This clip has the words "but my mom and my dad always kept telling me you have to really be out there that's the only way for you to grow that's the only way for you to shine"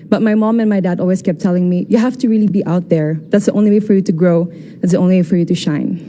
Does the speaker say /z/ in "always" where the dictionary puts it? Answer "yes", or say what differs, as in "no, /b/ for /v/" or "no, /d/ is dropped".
no, /s/ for /z/